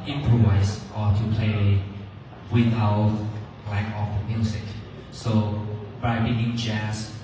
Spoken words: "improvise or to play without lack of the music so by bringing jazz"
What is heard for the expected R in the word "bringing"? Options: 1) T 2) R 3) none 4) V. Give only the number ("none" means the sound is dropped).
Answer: 3